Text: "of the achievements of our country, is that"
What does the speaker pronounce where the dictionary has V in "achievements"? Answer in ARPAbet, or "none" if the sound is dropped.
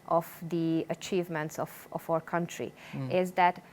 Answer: V